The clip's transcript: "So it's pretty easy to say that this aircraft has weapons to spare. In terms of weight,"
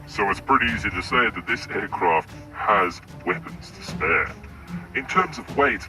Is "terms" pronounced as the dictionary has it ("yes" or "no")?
yes